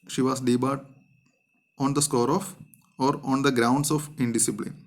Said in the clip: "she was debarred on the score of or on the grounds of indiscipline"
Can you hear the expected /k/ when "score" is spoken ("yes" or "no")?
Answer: yes